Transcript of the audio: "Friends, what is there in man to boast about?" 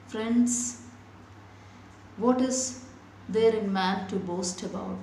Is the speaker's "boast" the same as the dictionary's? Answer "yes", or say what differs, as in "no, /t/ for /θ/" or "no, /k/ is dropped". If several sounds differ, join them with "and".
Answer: yes